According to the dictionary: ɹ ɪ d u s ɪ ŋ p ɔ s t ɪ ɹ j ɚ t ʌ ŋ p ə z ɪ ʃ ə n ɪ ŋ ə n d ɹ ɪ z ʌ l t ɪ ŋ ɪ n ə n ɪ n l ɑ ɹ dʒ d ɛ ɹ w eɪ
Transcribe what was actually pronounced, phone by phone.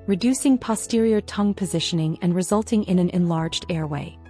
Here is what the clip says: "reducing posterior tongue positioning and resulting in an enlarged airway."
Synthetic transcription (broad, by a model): ɹ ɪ d u s ɪ ŋ p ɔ s t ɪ ɹ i ɚ t ʌ ŋ p ə z ɪ ʃ ə n ɪ ŋ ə n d ɹ ɪ z ʌ l t ɪ ŋ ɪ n ə n ɪ n l ɑ ɹ dʒ d ɛ ɹ w eɪ